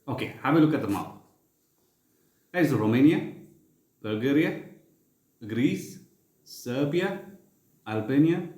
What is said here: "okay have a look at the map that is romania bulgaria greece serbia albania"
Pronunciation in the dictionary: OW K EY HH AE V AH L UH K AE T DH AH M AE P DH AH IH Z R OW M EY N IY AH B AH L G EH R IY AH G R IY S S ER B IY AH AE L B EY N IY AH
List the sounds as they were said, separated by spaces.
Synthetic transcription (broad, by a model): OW K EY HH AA B AH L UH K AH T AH M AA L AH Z R OW M EY N IY AH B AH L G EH R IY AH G R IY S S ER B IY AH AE L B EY N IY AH